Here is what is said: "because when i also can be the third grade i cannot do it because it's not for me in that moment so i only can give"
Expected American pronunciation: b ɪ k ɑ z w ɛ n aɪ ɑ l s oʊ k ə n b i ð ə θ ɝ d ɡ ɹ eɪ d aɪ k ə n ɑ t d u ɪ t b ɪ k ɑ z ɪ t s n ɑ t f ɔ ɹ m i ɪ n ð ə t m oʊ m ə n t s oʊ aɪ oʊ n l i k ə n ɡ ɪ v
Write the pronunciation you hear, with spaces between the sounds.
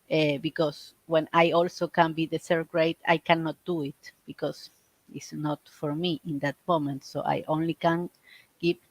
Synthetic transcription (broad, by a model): b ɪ k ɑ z w ɛ n aɪ ɑ l s oʊ k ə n b i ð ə s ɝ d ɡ ɹ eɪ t aɪ k ə n ɑ t d u ɪ t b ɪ k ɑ s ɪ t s n ɑ t f ɔ ɹ m i ɪ n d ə t m oʊ m ə n t s oʊ aɪ oʊ n l i k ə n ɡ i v